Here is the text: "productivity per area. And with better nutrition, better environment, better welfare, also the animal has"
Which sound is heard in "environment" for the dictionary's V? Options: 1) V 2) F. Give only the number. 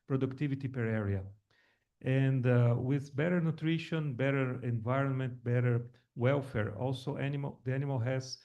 1